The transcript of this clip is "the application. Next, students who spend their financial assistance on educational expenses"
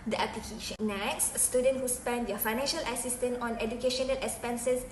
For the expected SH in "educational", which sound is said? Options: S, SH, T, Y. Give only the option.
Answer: SH